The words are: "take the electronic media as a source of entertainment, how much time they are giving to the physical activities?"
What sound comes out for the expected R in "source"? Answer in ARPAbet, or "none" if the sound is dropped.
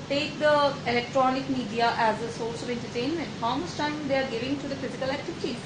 L